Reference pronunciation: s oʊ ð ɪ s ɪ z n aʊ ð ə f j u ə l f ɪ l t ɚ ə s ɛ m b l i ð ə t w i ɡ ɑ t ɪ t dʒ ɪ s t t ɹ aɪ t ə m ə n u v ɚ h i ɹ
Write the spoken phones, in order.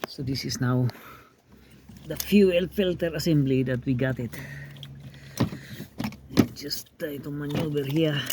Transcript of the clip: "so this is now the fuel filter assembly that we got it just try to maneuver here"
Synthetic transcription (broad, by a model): s oʊ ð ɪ s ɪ s n aʊ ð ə f j u ə l f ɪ l t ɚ ə s ɛ m b l i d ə t w i ɡ ɑ t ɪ t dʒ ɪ s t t aɪ t ə m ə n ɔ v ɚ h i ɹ